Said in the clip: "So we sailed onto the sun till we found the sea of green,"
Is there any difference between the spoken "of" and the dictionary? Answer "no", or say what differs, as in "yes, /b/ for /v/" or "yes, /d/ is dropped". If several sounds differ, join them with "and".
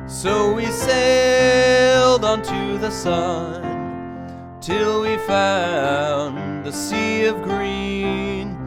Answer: no